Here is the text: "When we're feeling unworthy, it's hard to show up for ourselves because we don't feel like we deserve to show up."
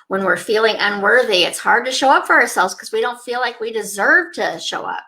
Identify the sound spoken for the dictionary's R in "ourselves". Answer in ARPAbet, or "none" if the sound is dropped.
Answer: R